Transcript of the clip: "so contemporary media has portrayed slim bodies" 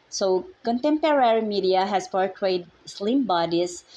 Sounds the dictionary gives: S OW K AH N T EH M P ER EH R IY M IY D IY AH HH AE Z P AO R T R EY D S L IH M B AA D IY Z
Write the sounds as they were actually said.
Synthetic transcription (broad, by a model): S OW K AH N T EH M P ER EH R IY M IY D IY AH HH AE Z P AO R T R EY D S L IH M B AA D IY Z